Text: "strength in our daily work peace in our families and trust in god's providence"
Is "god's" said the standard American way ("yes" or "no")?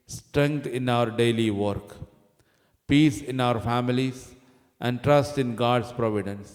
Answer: no